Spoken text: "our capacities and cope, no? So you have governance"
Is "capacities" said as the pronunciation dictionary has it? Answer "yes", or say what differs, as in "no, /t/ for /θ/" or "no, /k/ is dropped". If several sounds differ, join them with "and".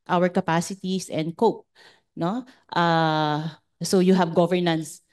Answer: no, /s/ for /z/